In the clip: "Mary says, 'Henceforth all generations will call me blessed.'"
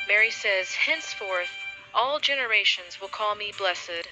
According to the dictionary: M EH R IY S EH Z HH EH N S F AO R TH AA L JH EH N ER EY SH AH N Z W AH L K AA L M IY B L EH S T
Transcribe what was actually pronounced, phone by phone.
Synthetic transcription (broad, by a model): M EH R IY S EH Z HH EH N S F AO R TH AA L JH EH N ER EY SH AH N Z W AH L K AA L M IY B L EH S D